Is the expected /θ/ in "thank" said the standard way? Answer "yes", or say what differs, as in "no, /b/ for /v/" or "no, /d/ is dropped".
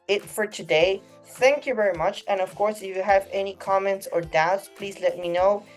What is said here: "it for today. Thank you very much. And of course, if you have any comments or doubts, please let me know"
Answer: yes